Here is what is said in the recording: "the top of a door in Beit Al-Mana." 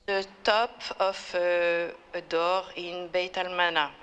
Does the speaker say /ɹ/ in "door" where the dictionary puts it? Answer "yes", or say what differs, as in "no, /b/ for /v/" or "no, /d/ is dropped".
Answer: yes